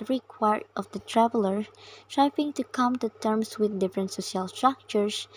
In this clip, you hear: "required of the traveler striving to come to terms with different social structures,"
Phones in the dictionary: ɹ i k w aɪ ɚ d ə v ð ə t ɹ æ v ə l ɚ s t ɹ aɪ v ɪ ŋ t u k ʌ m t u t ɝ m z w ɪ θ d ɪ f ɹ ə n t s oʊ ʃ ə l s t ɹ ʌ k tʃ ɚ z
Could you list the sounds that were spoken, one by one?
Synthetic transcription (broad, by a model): ɹ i k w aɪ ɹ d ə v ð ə t ɹ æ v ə l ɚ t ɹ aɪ p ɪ ŋ t u k ʌ m t u t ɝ m s w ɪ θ d ɪ f ɹ ə n t s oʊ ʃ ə l s t ɹ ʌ k tʃ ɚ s